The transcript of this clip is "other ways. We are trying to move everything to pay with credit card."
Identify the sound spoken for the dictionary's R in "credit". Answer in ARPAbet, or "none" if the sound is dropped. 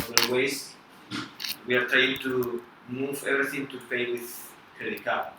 none